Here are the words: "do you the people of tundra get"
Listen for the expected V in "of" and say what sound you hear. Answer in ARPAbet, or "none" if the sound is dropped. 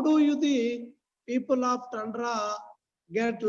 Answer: P